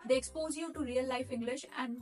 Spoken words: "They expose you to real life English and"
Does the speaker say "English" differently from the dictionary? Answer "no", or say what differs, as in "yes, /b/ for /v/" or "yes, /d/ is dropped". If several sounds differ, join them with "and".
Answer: no